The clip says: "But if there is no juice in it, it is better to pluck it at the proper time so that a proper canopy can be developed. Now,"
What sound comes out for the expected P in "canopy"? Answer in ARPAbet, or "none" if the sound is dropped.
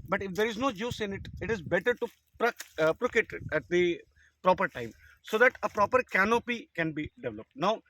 P